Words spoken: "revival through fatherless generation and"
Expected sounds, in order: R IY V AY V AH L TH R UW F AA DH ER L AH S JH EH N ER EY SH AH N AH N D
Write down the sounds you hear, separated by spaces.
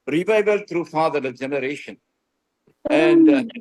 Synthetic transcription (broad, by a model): R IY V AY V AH L T R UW F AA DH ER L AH JH EH N ER EY SH AH N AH N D